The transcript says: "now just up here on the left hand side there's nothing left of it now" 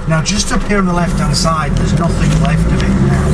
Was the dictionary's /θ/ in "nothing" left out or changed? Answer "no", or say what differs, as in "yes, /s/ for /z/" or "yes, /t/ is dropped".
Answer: no